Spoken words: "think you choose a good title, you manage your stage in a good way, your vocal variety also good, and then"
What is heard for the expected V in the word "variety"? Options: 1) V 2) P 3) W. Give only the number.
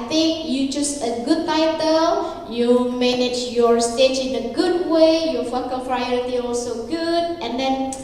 2